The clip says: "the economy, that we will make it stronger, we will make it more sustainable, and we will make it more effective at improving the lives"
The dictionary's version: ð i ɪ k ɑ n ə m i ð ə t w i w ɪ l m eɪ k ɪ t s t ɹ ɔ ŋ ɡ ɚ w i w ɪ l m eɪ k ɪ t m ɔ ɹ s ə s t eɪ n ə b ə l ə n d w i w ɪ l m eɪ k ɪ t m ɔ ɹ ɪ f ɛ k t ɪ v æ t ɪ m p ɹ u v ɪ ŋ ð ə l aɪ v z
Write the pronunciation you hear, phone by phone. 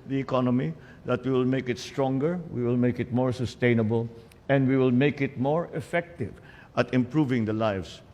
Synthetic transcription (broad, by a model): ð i ɪ k ɑ n ə m i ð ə t w i w ɪ l m eɪ k ɪ t s t ɹ ɔ ŋ ɡ ɚ w i w ɪ l m eɪ k ɪ t m ɔ ɹ s ə s t eɪ n ə b ə l ə n d w i w ɪ l m eɪ k ɪ t m ɔ ɹ ɪ f ɛ k t ɪ v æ t ɪ m p ɹ u v ɪ ŋ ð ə l aɪ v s